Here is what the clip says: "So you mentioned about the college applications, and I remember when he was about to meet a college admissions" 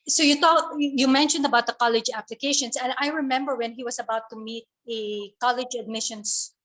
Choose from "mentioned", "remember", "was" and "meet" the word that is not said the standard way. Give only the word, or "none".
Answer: was